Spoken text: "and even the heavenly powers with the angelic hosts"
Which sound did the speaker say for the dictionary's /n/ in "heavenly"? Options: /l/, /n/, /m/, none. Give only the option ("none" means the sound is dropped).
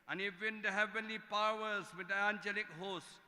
/n/